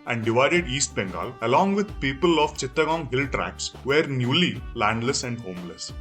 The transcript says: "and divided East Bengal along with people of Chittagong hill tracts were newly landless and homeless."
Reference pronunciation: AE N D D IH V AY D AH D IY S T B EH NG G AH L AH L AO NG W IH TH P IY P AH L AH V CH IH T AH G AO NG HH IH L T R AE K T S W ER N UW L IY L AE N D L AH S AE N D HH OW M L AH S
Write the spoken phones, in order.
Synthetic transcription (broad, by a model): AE N D D IH V AY D AH D IY S T B EH NG G AH L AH L AO NG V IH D P IY P AH L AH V CH IH T AH G AO NG HH IH L T R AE K S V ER N UW L IY L AE N D L AH S AE N D HH OW M L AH S